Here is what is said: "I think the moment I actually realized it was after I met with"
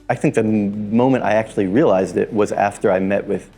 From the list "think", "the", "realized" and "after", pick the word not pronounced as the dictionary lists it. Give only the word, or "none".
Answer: none